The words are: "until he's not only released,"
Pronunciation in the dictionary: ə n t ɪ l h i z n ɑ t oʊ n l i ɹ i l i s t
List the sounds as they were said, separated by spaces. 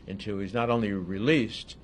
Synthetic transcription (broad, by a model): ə n t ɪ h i z n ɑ t oʊ n l i ɹ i l i s t